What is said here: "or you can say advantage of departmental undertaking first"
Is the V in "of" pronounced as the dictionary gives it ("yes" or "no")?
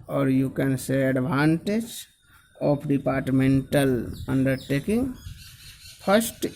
no